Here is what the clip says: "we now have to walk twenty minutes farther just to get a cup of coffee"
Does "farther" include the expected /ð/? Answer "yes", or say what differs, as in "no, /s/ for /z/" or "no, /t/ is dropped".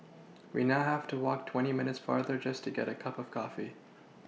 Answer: yes